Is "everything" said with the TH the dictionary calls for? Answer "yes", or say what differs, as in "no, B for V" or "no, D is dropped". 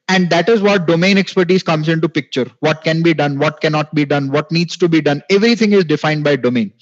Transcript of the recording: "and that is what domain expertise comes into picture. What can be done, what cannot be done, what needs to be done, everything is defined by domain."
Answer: no, T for TH